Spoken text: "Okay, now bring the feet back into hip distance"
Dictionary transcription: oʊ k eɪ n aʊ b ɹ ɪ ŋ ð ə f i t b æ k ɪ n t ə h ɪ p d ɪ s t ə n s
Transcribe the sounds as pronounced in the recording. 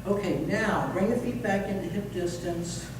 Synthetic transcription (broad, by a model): oʊ k eɪ n aʊ b ɹ ɪ ŋ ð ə f i t b æ k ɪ n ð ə h ɪ p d ɪ s t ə n s